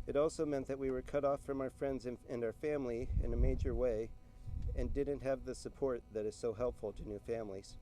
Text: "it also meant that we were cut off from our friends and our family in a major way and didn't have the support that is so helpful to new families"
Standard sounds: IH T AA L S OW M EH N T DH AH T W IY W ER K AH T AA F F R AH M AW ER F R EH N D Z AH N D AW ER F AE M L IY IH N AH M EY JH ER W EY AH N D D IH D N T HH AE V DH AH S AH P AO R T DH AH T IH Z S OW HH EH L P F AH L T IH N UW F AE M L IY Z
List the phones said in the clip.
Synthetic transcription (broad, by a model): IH T AA L S OW M EH N DH AH T W IY W ER K AH T AA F F R AH M AW ER F R EH N D Z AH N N AW ER F AE M L IY IH N AH M EY JH ER W EY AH N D D IH D N T HH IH V DH AH S AH P AO R T DH AH T IH Z S OW HH EH L P F L T IH N UW F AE M L IY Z